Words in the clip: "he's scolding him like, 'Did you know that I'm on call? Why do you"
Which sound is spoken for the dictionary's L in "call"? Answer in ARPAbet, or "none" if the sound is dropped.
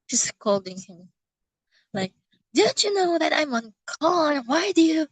N